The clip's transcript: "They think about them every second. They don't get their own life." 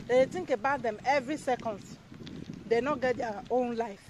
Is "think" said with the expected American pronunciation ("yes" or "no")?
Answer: no